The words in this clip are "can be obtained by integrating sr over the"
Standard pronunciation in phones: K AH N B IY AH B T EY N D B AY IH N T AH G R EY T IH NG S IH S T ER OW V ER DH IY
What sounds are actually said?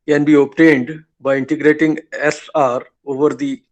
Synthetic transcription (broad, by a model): K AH N B IY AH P T EY N D B AY IH N T AH G R EY T IH NG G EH S T OW V ER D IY